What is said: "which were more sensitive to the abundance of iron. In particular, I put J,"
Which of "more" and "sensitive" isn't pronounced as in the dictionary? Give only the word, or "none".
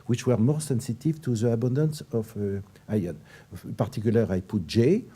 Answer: none